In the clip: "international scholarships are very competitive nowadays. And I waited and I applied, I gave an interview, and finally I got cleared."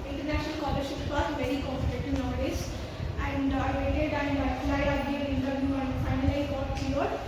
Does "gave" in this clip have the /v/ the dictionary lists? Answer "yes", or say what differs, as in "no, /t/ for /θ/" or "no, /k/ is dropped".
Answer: no, /v/ is dropped